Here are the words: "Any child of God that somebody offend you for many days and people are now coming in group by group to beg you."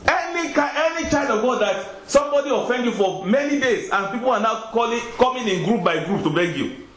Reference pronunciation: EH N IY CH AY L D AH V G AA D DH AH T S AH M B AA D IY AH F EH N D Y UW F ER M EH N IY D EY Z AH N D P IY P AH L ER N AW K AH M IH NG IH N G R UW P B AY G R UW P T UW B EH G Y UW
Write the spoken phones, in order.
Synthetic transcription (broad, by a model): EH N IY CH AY D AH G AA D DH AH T S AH M B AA D IY AH F EH N D Y UW F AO M EH N IY D EY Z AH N P IY P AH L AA N AW K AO M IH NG IH N G R UW P B AY G R UW P T UW B EH G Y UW